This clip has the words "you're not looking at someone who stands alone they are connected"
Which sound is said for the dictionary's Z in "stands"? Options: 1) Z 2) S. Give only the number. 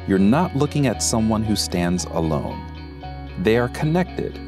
1